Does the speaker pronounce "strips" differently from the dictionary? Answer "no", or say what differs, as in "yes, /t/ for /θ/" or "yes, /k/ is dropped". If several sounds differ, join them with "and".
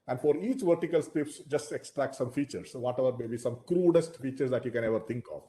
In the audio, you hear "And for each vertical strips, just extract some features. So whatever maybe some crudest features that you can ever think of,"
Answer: yes, /ɹ/ is dropped